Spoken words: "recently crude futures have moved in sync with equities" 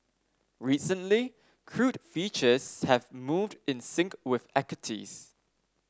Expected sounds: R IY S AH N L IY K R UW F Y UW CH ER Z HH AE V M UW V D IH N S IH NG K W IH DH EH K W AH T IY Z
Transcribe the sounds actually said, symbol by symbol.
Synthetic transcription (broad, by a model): R IY S AH N L IY K R UW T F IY CH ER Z HH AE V M UW V D IH N S IH NG K W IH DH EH K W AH T IY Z